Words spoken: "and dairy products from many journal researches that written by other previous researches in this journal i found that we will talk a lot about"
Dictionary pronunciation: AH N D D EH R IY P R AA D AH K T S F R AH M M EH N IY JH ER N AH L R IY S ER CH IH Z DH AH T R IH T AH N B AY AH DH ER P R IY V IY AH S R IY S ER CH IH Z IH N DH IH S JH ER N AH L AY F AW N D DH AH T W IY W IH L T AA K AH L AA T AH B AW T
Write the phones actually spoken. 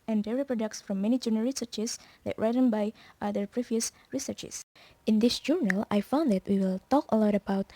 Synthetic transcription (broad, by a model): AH N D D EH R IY P R AA D AH K T S F R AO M M EH N IY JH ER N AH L R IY S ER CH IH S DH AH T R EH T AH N B AY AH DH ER P R IY V IY AH S R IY S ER CH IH S IH N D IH S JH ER N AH L AY F AW N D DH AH T W IY W IH L T AA K AH L AA T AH B AW T